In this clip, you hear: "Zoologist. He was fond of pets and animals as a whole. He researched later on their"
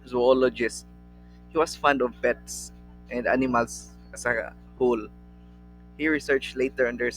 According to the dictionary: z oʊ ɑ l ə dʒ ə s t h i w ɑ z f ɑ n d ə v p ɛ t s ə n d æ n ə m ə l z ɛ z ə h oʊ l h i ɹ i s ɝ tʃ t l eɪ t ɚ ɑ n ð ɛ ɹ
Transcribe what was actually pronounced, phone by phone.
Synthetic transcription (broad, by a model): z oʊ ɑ l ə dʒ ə s t h i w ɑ s f ɑ n d ə v b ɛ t s ə n d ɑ n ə m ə l s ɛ s ə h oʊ l h i ɹ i s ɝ tʃ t l eɪ t ɚ ɑ n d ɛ ɹ